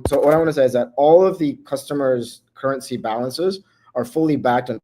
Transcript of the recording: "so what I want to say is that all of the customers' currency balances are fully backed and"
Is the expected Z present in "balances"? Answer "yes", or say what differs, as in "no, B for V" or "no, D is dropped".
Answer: yes